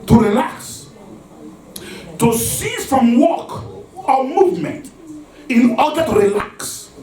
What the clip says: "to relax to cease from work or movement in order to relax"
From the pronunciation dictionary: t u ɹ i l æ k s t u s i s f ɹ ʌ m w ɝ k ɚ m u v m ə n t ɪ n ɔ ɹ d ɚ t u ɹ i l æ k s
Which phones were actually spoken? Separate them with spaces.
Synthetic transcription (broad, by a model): t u ɹ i l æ k s t u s i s f ɹ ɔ m w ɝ k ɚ m u v m ə n t ɪ n ɔ d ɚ t u ɹ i l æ k s